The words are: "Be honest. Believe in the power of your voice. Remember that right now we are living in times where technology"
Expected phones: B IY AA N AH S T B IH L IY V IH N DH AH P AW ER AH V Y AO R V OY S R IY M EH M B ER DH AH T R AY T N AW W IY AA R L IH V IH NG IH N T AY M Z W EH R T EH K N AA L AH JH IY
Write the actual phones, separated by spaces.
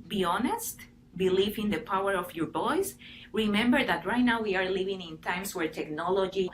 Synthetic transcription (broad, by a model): B IY AA N AH S T B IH L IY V IH N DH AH P AW ER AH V Y AO R B OY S R IY M EH M B ER DH AH T R AY T N AW W IY AA R L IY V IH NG IH N T AY M S W EH R T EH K N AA L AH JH IY